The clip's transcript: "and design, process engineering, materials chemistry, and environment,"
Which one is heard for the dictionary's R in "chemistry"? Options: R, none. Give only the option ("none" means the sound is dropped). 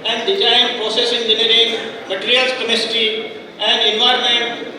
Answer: none